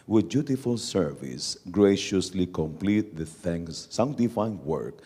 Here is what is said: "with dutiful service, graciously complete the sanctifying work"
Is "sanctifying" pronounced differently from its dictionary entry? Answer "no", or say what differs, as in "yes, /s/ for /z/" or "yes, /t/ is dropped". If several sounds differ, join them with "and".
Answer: yes, /θ/ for /s/